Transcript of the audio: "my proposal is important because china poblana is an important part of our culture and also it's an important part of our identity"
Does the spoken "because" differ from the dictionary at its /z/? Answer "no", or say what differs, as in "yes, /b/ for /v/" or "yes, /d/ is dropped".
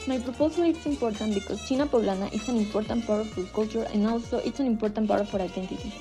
yes, /s/ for /z/